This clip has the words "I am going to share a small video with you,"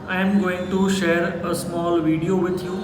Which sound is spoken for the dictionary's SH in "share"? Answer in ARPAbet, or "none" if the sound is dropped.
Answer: SH